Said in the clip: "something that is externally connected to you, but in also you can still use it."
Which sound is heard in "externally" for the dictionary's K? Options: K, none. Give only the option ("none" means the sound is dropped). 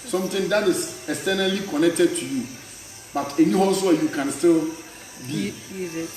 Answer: none